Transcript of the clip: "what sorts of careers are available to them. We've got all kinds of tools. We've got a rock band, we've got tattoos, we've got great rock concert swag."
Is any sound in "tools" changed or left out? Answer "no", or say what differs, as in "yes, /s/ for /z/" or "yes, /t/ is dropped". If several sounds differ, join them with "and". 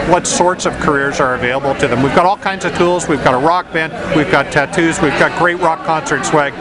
no